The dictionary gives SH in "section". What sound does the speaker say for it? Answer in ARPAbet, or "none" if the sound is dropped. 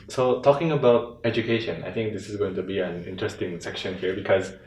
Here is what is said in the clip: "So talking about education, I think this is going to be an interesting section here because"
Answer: SH